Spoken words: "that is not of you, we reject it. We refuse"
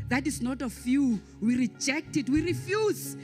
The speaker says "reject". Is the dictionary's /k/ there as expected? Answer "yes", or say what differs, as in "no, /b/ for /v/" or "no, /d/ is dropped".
yes